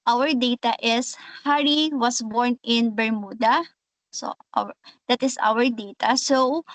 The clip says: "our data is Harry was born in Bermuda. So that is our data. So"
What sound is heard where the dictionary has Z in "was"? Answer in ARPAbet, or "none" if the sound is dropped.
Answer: S